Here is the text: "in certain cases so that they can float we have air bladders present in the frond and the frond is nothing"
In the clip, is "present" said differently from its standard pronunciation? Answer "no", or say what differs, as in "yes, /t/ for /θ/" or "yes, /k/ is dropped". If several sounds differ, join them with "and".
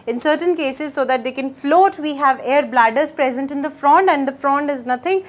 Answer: no